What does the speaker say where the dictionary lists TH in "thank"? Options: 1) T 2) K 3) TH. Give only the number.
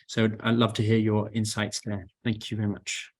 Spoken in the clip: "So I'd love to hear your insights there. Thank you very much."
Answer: 3